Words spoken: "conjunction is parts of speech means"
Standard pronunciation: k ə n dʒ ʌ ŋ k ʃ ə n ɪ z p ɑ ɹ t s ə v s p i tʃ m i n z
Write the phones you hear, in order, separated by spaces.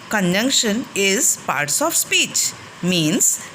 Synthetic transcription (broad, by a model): k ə n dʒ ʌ ŋ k ʃ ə n ɪ z p ɑ ɹ t s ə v s p i tʃ m i n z